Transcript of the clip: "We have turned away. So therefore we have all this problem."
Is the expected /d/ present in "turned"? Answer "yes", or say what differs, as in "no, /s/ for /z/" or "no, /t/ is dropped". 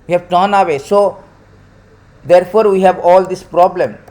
no, /d/ is dropped